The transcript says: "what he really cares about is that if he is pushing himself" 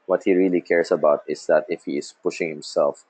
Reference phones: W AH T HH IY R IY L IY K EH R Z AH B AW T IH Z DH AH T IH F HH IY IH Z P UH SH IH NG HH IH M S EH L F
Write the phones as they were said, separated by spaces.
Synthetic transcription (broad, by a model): W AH T HH IY R IY L IY K EH R S AH B AW T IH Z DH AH T IH F HH IY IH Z P UH SH IH NG HH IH M S EH L F